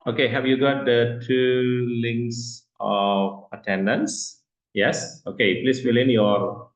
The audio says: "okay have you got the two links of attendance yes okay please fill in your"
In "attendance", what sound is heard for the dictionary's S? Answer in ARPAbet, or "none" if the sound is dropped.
S